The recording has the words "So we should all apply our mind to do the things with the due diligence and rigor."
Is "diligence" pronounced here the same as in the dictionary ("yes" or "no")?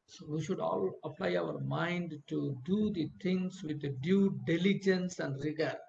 yes